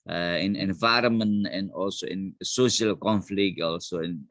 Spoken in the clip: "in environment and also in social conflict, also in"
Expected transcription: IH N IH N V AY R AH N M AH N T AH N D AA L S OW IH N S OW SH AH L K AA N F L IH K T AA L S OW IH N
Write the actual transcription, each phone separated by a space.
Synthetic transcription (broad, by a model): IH N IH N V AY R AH M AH N AH N AA L S OW IH N S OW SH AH L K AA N F L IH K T AA L S OW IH N